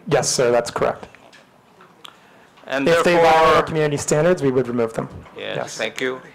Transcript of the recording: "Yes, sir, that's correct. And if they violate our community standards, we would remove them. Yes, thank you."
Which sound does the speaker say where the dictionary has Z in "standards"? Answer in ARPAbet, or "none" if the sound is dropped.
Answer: Z